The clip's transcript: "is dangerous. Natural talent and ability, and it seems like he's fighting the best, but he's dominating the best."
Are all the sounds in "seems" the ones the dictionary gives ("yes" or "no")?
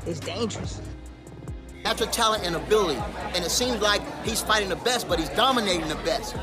yes